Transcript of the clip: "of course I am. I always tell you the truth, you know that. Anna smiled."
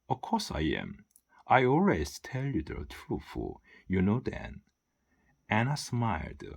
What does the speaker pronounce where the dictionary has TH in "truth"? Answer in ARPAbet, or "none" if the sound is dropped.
F